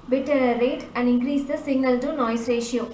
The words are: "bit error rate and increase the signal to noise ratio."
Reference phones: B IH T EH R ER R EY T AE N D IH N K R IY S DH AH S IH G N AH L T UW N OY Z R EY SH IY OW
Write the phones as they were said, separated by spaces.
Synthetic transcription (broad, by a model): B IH T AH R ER R EY T AE N D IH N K R IY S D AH S IH G N AH L T UW N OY S R EY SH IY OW